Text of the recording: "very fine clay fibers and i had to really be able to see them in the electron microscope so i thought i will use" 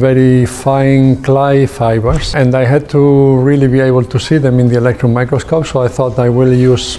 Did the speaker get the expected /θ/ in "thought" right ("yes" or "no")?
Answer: yes